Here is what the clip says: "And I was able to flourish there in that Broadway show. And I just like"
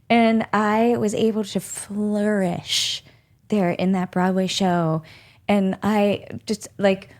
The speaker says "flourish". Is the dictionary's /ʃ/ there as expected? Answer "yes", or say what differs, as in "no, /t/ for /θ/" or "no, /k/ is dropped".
yes